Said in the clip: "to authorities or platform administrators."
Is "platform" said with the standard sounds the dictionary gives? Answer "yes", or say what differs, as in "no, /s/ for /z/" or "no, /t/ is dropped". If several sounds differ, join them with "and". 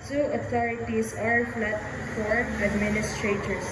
no, /f/ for /p/ and /m/ is dropped